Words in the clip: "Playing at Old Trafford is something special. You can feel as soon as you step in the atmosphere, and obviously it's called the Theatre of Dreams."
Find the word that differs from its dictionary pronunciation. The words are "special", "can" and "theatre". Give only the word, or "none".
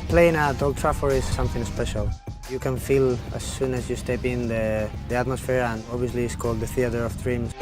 none